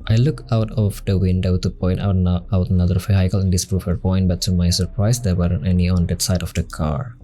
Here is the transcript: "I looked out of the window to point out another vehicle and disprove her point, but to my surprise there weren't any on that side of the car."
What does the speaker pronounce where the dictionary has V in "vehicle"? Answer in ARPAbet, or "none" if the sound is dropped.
F